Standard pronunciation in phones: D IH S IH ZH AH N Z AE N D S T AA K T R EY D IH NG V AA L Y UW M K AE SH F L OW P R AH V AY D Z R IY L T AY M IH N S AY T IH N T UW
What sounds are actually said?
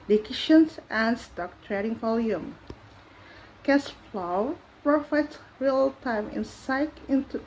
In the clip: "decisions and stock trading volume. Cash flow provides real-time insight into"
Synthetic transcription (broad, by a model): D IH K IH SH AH N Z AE N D S T AA K T R EY D IH NG V AA L Y UW M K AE S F L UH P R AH F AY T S R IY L T AY M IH N S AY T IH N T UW